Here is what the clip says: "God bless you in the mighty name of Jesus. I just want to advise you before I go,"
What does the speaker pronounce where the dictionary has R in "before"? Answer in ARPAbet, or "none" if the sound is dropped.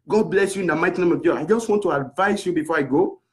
R